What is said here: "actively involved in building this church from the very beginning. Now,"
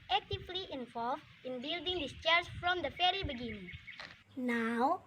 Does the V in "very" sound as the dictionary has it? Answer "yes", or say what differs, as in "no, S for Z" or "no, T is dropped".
no, F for V